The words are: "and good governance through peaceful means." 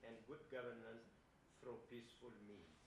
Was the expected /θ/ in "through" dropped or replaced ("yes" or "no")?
yes